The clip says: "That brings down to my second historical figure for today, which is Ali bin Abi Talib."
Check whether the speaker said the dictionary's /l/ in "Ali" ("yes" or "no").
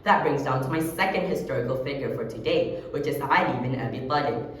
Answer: no